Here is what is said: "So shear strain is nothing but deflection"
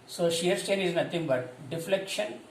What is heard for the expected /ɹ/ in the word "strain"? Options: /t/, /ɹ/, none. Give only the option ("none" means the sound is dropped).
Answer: none